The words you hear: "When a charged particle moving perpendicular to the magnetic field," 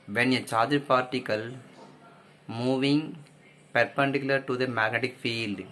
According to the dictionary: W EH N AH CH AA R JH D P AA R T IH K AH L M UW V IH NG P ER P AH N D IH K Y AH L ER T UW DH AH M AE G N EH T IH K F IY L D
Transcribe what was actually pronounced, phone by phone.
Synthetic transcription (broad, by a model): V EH N AH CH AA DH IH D P AA R T IH K AH L M UW V IH NG P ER P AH N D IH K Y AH L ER T UW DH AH M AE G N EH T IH K F IY L D